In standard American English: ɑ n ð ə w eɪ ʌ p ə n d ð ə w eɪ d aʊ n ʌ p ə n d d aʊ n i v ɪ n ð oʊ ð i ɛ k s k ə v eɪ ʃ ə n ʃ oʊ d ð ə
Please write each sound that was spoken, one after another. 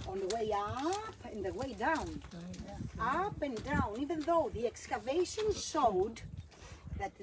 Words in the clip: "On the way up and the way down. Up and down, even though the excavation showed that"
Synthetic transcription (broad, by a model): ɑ n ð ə w eɪ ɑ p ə n ð ə w eɪ d aʊ n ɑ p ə n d d aʊ n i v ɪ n ð oʊ ð i ɛ k s k ə v eɪ ʃ ə n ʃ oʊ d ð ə